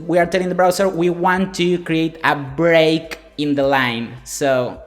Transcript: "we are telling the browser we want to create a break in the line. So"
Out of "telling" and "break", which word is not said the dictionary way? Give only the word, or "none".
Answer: none